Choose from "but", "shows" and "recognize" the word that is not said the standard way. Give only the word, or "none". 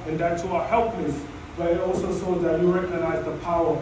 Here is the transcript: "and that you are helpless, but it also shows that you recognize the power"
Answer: shows